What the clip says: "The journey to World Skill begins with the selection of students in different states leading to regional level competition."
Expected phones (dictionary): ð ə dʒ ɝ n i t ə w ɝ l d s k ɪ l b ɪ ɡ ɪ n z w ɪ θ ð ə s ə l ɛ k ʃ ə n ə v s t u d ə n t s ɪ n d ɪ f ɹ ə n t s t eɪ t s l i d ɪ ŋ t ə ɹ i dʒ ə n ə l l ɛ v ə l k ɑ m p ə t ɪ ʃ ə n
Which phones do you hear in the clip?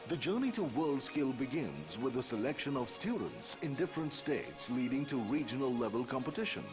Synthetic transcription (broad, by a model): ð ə dʒ ɝ n i t ə w ɝ l d s k ɪ l b ɪ ɡ ɪ n z w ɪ ð ə s ə l ɛ k ʃ ə n ə v s t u d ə n t s ɪ n d ɪ f ɹ ə n t s t eɪ t s l i d ɪ ŋ t ə ɹ i dʒ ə n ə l l ɛ v ə l k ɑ m p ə t ɪ ʃ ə n